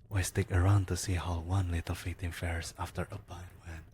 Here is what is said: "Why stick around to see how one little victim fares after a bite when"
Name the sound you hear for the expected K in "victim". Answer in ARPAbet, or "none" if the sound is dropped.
none